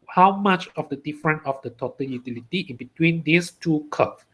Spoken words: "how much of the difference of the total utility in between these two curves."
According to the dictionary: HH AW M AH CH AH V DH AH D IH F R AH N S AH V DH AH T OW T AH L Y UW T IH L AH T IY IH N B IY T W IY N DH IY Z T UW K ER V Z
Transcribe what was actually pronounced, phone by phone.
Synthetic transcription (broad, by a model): HH AW M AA CH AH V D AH D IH F R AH N AH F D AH T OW T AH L Y UW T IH L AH T IY IH N B IY T W IY N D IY S T UW K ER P